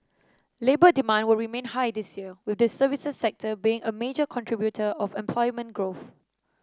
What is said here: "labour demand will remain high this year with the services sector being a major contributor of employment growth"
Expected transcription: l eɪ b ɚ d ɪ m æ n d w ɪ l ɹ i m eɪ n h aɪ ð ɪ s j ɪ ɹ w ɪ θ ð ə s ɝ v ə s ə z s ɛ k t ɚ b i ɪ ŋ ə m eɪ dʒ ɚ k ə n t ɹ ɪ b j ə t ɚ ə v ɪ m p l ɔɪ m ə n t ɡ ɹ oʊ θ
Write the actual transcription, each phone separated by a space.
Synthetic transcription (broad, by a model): l eɪ b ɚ d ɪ m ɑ n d w ɪ l ɹ i m eɪ n h aɪ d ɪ s j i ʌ w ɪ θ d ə s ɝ v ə s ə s ɛ k t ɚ b i ɪ ŋ ə m eɪ dʒ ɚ k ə n t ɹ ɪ b j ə t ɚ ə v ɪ m p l ɔɪ m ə n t ɡ ɹ oʊ θ